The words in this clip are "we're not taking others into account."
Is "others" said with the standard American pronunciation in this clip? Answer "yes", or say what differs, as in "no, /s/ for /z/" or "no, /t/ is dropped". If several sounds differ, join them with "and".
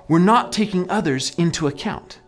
yes